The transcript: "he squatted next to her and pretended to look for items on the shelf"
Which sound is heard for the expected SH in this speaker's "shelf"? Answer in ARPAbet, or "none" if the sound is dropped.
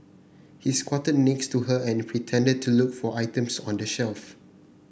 SH